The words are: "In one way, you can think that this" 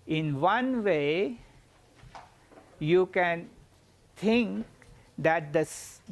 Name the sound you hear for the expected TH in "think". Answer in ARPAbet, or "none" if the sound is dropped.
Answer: T